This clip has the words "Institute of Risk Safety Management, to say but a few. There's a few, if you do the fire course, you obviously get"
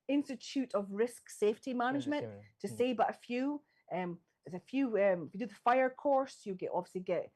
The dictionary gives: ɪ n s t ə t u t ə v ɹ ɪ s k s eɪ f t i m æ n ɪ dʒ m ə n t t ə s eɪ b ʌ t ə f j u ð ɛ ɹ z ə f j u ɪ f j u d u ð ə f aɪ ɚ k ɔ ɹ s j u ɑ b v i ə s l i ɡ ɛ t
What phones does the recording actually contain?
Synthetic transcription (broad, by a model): ɪ n s t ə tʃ u t ə v ɹ ɪ s k s eɪ f t i m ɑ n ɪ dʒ m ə n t t ə s eɪ b ʌ t ə f j u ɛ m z ə f j u ɪ f j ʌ d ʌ ð ə f aɪ ɚ k ɔ ɹ s j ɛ ɑ b v i ə s l i ɡ ɛ t